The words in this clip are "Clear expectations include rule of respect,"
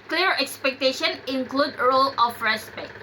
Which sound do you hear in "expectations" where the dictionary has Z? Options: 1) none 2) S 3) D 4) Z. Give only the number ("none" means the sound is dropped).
1